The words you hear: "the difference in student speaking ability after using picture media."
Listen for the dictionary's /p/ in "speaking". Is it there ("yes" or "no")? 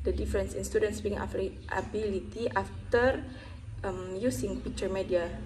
no